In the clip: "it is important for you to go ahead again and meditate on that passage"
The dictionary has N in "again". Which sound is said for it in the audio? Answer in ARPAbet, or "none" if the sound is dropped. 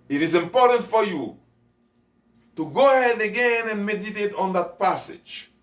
N